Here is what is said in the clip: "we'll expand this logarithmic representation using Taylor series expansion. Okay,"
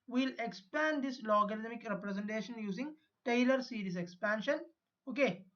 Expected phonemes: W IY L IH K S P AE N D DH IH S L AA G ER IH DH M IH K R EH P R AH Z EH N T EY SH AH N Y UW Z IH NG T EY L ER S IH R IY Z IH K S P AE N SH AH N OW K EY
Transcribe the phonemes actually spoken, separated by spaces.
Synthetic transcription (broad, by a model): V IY L IH K S P AE N D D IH S L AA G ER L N M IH K R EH P R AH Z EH N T EY SH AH N Y UW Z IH NG T EY L ER S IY R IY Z IH K S P AE N SH AH N OW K EY